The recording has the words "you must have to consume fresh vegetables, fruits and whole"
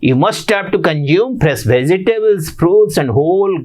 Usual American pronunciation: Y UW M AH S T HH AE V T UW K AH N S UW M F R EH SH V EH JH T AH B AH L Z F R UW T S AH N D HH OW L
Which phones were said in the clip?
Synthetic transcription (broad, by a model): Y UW M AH S T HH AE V T UW K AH N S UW M P R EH S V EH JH T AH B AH L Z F R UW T S AH N D HH OW L